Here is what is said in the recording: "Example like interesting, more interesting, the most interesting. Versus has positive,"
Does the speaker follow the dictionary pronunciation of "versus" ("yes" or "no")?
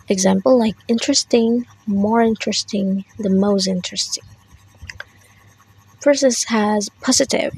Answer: no